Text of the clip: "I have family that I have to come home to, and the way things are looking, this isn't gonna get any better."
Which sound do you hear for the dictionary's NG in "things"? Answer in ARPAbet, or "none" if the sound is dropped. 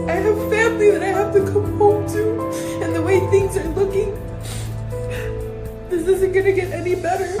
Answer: NG